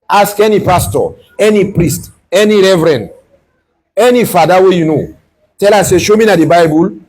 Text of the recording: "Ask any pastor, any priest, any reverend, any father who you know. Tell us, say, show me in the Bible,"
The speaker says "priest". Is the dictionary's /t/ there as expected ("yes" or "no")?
yes